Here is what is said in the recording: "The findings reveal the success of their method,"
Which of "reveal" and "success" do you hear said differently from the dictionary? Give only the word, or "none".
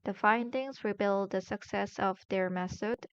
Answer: reveal